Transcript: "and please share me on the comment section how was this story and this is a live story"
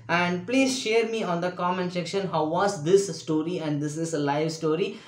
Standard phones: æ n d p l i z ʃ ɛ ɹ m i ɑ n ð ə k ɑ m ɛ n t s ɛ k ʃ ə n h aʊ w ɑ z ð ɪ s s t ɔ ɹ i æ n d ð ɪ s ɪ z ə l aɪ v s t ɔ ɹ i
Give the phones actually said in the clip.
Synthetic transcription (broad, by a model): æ n d p l i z ʃ ɛ ɹ m i ɑ n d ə k ɑ m ɛ n t s ɛ k ʃ ə n h aʊ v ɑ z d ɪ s s t ɔ ɹ i æ n d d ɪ s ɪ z ə l aɪ v s t ɔ ɹ i